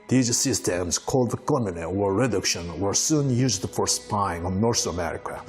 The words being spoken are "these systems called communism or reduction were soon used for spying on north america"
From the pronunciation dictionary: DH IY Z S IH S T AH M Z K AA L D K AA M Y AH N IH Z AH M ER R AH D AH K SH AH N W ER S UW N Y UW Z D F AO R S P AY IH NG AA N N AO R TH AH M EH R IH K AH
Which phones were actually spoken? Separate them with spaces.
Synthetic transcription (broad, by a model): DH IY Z S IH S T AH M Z K AA L D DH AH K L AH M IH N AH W ER R AH D AH K SH AH N W ER S UW N Y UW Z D F AO R S P AY IH NG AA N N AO R S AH M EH R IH K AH